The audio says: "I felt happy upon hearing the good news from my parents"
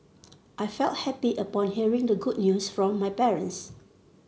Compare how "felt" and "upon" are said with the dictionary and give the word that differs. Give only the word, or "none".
none